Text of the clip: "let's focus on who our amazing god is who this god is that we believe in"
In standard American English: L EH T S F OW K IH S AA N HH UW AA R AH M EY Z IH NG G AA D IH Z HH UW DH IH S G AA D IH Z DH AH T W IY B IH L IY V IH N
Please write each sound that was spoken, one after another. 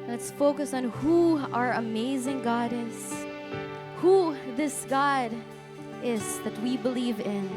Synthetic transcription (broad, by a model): L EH T S F OW K IH S N HH UW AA R AH M EY Z IH NG G AA D IH Z HH UW DH IH S G AA D IH Z DH AH T W IY B IH L IY V IH N